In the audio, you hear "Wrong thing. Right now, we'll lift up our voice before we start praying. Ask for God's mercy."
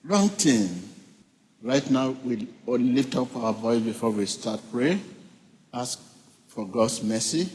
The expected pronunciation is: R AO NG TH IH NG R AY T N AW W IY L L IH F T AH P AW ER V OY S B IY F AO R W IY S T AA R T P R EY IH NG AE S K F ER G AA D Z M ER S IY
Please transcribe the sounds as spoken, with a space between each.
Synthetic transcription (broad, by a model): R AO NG T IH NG R AY T N AW W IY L L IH F T AH P AW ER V OY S B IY F AO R W IY S T AA T P R EY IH S K F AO G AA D S M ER S IY